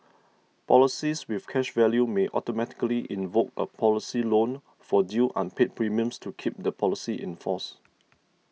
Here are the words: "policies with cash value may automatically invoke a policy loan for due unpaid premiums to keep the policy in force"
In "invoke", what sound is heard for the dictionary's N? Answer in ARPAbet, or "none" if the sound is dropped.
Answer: N